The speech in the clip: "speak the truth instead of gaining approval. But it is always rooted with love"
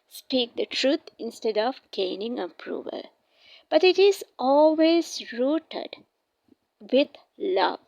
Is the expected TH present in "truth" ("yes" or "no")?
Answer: no